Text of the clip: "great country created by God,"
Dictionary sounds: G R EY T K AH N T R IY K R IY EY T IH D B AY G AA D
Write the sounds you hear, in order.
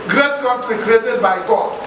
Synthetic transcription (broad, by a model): G R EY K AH T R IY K R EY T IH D B AY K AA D